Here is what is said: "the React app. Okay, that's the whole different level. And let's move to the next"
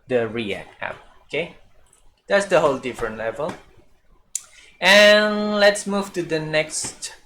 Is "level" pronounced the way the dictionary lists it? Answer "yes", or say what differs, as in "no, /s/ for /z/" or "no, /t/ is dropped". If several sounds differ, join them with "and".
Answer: yes